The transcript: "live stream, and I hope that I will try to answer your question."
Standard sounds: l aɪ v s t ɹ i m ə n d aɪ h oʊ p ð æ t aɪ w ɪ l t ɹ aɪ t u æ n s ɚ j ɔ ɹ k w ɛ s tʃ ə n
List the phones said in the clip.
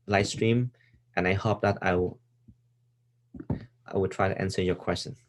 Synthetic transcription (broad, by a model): l aɪ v s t ɹ i m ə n aɪ h oʊ p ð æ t aɪ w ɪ w t ɹ aɪ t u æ n s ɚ j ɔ k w ɛ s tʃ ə n